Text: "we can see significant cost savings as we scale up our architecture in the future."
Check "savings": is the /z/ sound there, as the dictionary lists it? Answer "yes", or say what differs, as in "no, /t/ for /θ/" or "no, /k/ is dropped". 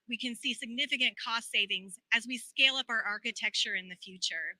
yes